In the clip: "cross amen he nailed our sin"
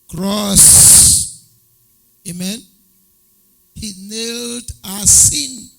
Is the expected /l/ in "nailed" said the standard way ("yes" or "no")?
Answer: yes